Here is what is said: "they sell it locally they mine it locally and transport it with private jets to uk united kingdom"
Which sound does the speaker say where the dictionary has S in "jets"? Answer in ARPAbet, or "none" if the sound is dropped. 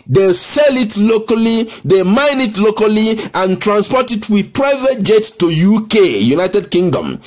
none